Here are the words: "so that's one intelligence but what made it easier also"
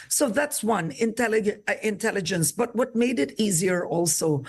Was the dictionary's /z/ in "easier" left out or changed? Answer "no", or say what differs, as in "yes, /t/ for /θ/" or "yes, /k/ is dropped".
no